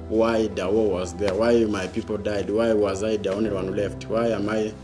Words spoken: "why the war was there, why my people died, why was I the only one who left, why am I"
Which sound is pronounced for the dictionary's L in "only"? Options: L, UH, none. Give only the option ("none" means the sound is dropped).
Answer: none